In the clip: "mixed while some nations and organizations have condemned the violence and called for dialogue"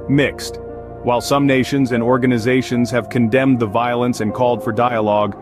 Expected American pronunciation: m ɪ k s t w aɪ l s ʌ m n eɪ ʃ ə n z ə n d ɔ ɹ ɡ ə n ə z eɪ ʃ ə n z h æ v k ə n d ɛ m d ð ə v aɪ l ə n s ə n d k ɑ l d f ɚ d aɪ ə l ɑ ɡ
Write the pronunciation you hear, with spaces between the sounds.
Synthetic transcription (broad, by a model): m ɪ k s t w aɪ l s ʌ m n eɪ ʃ ə n z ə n ɔ ɹ ɡ ə n ə z eɪ ʃ ə n z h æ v k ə n d ɛ m ð ə v aɪ l ə n s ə n k ɑ l d f ɚ d aɪ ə l ɑ ɡ